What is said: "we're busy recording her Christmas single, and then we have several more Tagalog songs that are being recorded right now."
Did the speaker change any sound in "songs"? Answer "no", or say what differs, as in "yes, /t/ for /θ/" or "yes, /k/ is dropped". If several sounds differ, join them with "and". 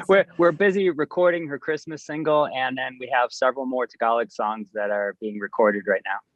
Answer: no